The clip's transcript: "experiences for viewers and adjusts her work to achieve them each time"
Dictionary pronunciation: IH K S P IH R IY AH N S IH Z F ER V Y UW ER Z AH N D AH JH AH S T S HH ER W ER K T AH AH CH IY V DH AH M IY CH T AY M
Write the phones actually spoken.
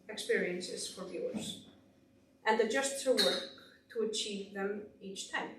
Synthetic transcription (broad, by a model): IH K S P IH R IY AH N S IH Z F ER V Y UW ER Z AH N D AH JH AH S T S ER W ER K T AH AH CH IY V DH AH M IY CH T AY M